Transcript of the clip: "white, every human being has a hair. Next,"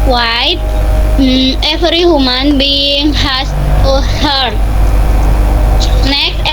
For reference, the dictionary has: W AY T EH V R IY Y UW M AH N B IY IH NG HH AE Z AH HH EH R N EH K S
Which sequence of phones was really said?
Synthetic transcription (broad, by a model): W AY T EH F R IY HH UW M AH N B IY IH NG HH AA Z AH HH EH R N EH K